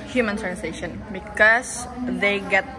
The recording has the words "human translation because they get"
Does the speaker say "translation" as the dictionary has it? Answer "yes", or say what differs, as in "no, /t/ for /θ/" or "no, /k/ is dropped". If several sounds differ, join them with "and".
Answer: no, /l/ is dropped